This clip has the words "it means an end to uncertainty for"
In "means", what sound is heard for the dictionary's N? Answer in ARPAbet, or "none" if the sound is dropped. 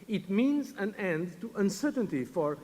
N